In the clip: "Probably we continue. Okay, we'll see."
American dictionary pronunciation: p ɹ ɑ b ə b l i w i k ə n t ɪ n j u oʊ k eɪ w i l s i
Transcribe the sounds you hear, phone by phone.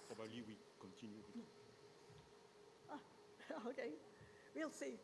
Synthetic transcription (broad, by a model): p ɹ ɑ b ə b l i w i k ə n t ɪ n j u oʊ k eɪ w i l s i